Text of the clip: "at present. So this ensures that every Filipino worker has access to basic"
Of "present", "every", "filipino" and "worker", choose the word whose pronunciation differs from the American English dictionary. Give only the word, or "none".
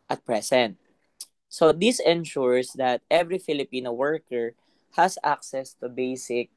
present